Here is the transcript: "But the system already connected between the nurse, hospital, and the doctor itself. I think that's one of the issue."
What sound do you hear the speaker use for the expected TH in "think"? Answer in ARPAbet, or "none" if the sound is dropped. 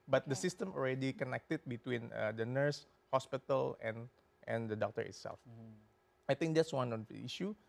T